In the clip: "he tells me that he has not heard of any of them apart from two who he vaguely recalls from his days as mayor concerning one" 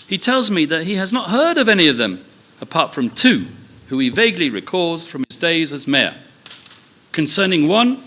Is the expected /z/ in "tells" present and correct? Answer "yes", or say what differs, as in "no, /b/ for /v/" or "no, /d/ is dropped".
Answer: yes